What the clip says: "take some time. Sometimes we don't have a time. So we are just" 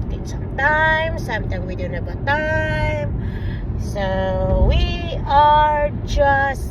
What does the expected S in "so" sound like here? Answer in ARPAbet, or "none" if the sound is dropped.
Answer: S